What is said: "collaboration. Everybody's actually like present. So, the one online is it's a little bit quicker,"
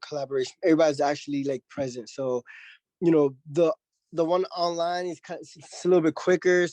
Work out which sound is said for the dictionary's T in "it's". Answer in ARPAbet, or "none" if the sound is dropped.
S